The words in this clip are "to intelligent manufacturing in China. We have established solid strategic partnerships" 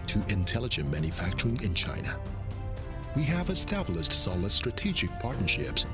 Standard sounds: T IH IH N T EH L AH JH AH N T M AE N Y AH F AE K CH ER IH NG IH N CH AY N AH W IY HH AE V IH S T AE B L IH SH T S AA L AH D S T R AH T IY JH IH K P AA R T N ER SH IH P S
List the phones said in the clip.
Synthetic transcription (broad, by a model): T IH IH N T EH L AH JH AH N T M AE N Y AH F AE K CH ER IH NG IH N CH AY N AH W IY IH V IH S T AE B L IH SH T S AA L AH D S T R AH T IY JH IH K P AA R T N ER SH IH P S